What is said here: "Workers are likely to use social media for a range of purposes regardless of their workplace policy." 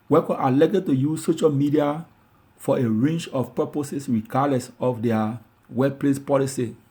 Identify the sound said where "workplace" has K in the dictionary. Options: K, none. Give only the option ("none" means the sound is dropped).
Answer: none